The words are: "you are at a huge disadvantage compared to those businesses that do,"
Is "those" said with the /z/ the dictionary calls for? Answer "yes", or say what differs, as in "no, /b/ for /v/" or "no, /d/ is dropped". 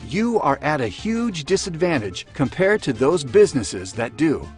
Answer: yes